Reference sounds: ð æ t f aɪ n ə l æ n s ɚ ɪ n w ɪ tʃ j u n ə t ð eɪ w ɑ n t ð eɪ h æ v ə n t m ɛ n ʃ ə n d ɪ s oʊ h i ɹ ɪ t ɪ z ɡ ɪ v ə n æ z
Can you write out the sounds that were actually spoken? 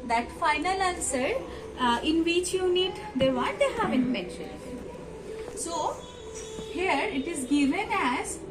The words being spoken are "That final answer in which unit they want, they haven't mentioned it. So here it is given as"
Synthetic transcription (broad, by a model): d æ t f aɪ n ə l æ n s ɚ ɪ n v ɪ tʃ j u n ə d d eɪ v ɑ t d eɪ h æ v ə n t m ɛ n ʃ ə n d s oʊ h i ɹ ɪ t ɪ z ɡ ɪ v ə n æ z